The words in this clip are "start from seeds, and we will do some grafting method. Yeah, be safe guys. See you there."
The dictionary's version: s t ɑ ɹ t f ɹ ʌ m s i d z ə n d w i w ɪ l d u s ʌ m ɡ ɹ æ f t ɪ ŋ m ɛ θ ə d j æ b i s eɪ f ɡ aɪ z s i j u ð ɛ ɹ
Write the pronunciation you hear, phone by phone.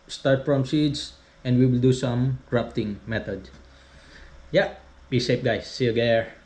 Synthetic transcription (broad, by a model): s t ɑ ɹ t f ɹ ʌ m s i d s ə n d w i w ɪ l d u s ʌ m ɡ ɹ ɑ p t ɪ ŋ m ɛ t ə d j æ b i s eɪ p ɡ aɪ s i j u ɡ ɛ ɹ